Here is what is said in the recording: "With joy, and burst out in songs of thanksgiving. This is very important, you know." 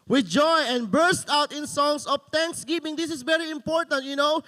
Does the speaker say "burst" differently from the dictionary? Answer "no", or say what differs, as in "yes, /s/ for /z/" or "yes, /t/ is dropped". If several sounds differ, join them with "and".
no